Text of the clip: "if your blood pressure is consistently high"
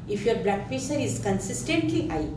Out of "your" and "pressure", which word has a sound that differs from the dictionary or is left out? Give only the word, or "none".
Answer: pressure